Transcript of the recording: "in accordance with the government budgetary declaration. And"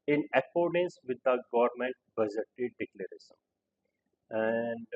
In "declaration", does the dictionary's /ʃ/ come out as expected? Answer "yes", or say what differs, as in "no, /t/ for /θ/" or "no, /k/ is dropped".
no, /s/ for /ʃ/